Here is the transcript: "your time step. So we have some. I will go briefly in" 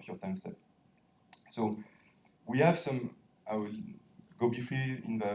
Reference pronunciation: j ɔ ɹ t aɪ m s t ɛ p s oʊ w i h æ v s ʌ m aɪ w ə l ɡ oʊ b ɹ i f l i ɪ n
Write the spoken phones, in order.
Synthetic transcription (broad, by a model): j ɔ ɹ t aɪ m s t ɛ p s oʊ w i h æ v s ʌ m aɪ w ə l ɡ oʊ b i f i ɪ n